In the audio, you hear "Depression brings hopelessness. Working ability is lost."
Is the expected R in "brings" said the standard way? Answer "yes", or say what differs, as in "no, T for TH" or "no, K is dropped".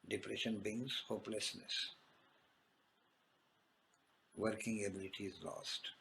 no, R is dropped